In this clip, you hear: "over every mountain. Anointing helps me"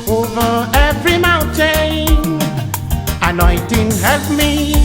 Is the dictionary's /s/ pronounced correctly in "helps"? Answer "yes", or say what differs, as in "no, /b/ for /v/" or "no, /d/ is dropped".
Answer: no, /s/ is dropped